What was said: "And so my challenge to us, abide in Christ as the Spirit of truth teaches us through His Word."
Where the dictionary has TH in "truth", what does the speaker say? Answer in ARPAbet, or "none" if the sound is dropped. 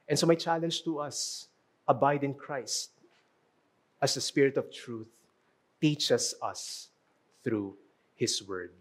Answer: TH